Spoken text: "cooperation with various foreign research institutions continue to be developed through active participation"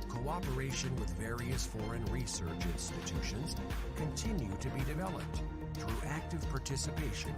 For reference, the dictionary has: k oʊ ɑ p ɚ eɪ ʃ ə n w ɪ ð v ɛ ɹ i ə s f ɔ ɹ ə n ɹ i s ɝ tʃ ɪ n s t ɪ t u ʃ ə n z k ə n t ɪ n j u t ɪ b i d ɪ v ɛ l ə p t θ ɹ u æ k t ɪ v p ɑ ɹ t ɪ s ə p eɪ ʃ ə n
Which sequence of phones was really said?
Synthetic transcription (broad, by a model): k oʊ ɑ p ɚ eɪ ʃ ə n w ɪ ð v ɛ ɹ i ə s f ɔ ɹ ə n ɹ i s ɝ tʃ ɪ n s t ɪ t u ʃ ə n z k ə n t ɪ n j u t ɪ b i d ɪ v ɛ l ə p t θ ɹ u æ k t ɪ v p ɑ ɹ t ɪ s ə p eɪ ʃ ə n